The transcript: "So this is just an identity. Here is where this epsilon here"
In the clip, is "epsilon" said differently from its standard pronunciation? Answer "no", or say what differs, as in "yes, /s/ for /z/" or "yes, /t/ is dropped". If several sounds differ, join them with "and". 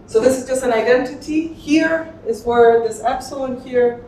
yes, /l/ is dropped